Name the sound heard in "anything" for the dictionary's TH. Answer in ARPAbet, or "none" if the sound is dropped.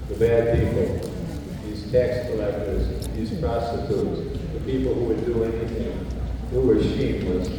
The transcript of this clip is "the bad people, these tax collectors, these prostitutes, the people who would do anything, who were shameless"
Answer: TH